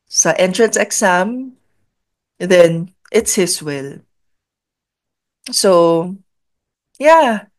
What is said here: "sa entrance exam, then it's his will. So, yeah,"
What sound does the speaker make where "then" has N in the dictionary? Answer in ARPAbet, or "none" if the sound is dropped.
N